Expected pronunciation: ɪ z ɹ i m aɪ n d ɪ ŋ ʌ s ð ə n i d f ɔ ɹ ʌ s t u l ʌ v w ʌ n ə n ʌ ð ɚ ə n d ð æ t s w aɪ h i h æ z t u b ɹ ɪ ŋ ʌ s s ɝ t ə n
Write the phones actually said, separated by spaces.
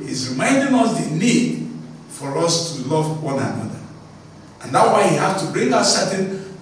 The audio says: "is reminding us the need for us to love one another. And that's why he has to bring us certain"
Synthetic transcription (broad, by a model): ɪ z ɹ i m aɪ n d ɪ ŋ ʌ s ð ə n i d f ɔ ɹ ʌ s t u l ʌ v w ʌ n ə n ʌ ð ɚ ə n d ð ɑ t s w aɪ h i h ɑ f t u b ɹ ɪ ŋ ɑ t s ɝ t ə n